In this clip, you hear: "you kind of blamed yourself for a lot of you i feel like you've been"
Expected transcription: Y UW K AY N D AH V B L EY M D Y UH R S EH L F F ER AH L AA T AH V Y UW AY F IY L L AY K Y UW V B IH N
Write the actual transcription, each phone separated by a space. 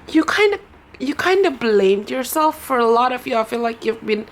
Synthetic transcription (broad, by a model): Y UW K AY N D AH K B L EY M D Y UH R S EH L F F ER AH L AA T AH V Y UW AY F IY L L AY K Y UW V B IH N